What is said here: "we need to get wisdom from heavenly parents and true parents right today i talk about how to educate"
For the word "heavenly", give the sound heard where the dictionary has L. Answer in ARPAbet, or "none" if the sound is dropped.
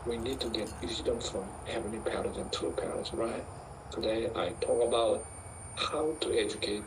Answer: none